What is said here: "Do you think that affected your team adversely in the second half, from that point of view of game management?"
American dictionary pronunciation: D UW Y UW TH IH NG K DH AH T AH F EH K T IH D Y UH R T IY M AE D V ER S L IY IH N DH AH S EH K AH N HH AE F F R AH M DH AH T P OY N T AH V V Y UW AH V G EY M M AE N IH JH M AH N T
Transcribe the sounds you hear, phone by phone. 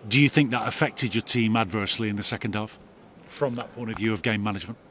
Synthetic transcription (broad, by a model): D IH Y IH TH IH NG K DH AH T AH F EH K T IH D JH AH R T IY M AE D V ER S L IY IH N DH AH S EH K AH N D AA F F R AH M DH AH T P OY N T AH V V Y UW AH V G EY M M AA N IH JH M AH N T